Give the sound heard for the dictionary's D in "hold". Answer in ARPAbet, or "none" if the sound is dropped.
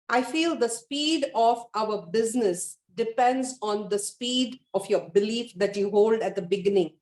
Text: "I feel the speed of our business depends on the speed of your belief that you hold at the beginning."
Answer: D